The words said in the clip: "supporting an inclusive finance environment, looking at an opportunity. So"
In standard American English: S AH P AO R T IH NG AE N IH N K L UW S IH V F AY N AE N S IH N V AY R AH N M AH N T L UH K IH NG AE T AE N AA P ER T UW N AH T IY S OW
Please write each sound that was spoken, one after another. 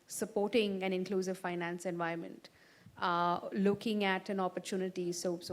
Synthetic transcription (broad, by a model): S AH P AO R T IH NG AE N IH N K L UW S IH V F AY N AE N S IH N V AY AH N M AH N T L UH K IH NG AE T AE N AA P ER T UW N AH T IY S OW